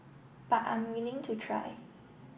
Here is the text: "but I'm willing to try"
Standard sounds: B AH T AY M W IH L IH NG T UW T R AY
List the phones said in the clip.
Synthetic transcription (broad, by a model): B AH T AY M W IH L IH NG T UW T R AY